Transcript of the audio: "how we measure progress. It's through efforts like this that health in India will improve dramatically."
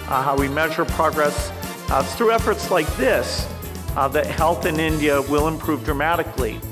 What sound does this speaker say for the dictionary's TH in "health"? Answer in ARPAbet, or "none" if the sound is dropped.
TH